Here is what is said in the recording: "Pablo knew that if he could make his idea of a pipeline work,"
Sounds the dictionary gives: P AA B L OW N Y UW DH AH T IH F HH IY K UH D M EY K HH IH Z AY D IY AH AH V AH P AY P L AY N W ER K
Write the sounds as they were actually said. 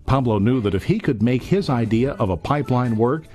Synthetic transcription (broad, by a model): P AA B L OW N Y UW DH AH T IH F HH IY K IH D M EY K HH IH Z AY D IY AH AH V AH P AY P L AY N W ER K